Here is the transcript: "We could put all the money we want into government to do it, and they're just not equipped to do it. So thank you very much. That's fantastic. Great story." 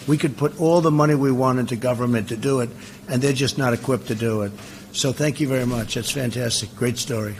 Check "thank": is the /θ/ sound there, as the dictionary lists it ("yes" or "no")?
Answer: yes